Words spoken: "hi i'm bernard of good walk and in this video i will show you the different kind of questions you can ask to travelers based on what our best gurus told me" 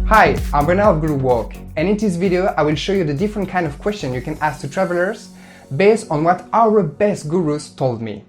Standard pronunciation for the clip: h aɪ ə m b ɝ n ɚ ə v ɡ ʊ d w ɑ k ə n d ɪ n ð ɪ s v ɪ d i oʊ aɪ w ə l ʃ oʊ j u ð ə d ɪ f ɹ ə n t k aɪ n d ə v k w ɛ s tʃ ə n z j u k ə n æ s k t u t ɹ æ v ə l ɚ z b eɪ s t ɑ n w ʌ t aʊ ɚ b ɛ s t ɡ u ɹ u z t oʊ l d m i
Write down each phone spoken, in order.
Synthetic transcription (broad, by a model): h aɪ ə m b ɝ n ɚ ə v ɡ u w ɑ k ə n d ɪ n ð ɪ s v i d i oʊ aɪ w ə l ʃ oʊ j u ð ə d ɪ f ɹ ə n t k aɪ n d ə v k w ɛ s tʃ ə n j u k ə n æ s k t u t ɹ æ v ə l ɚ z b eɪ s t ɑ n w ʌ t aʊ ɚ b ɛ s t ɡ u ɹ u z t oʊ l d m i